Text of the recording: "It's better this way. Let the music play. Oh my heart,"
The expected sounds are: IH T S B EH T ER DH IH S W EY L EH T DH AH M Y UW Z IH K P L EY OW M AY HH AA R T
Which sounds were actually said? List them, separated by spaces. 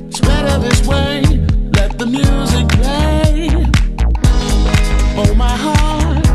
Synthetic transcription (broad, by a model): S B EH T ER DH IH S W EY L EH T DH AH M Y UW Z IH K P EY OW M AY HH AA R T